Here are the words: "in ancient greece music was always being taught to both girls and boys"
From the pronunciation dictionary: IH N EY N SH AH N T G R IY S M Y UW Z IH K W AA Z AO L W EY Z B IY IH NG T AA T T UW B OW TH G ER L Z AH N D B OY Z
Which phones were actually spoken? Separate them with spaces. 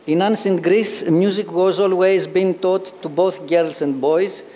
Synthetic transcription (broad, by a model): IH N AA N S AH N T G R IY S M Y UW Z IH K W AA Z AO L W EY Z B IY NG T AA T T UW B OW TH G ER L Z AH N D B OY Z